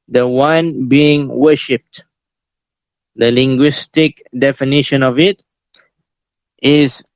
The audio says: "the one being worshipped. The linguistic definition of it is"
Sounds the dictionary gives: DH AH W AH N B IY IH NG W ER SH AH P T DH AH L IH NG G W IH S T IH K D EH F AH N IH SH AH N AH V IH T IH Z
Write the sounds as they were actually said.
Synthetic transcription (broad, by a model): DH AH W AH N B IY IH NG W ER SH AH P T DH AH L IH NG G W IH S T IH K D EH F AH N IH SH AH N AH V IH T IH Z